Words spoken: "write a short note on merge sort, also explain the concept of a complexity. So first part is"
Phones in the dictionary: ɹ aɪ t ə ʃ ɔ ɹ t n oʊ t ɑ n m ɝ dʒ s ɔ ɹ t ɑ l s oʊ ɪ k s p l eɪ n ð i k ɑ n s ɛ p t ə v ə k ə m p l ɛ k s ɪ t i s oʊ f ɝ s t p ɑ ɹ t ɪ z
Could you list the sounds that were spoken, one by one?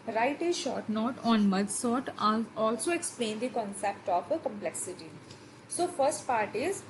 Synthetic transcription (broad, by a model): ɹ aɪ t ə ʃ ɔ ɹ t n oʊ t ɑ n m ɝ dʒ s ɔ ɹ t ɑ l s oʊ ɪ k s p l eɪ n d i k ɑ n s ɛ p t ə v ə k ə m p l ɛ k s ɪ t i s oʊ f ɝ s t p ɑ ɹ t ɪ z